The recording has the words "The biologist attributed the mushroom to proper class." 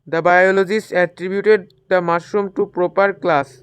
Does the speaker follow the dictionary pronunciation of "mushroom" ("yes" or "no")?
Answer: no